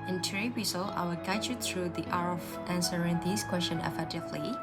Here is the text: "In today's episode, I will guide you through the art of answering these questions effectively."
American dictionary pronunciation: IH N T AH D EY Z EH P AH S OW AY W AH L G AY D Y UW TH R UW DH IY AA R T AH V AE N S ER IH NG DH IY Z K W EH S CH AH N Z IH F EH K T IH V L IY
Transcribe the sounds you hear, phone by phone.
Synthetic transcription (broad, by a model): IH N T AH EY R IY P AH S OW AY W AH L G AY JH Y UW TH R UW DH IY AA R AH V AE N S ER IH NG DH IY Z K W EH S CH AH N IH F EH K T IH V L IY